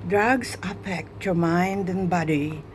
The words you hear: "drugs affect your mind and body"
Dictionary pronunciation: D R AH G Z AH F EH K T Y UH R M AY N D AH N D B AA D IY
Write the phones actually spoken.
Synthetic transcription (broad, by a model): D R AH G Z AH P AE K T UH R M AY N D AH N B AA D IY